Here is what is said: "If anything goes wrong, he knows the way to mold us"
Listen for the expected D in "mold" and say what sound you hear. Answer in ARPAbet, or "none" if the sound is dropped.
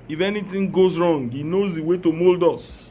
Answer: D